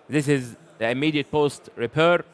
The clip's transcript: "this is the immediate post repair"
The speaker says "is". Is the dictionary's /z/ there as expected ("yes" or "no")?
yes